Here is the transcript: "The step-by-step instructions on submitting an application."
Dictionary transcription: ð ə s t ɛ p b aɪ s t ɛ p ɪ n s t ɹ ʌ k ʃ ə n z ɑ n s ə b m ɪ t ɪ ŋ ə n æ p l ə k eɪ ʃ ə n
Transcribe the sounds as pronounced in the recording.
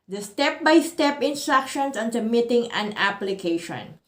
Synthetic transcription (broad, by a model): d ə s t ɛ p b aɪ s t ɛ p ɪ n s t ɹ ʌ k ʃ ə n s ɑ n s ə m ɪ t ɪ ŋ ə n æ p l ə k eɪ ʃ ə n